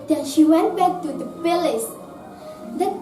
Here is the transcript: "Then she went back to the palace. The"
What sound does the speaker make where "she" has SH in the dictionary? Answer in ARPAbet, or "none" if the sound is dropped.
SH